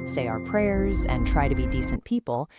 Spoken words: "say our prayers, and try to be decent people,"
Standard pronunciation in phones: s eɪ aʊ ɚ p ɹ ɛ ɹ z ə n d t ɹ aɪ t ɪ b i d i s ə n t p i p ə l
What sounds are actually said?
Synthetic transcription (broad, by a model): s eɪ aʊ ɚ p ɹ ɛ ɹ z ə n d t ɹ aɪ t ɪ b i d i s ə n p i p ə l